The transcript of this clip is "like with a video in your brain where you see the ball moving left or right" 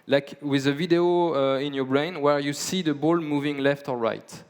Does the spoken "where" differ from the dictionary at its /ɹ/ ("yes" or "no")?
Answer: no